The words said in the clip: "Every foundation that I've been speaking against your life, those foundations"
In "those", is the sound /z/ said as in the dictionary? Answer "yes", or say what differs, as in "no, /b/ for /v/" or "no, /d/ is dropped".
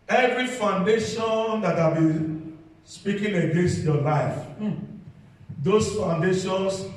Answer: no, /s/ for /z/